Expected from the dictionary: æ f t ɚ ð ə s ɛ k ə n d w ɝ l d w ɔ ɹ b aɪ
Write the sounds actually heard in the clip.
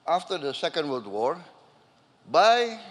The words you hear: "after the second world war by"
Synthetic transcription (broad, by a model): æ f t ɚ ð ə s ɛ k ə n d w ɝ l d w ɔ ɹ b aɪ